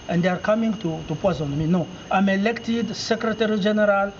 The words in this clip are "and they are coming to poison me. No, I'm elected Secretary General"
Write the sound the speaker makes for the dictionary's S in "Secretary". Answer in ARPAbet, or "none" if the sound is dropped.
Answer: S